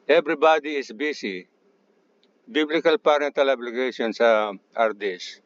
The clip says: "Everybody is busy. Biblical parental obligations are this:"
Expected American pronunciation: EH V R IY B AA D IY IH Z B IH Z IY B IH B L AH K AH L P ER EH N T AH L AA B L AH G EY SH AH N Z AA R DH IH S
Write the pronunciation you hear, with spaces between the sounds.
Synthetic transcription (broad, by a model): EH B R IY B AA D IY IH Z B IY S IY B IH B L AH K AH L P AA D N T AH L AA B L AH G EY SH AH N S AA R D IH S